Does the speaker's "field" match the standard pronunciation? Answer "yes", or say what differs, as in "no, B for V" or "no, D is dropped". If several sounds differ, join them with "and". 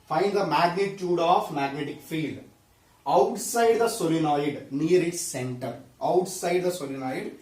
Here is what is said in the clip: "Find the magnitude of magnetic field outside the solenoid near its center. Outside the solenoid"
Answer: yes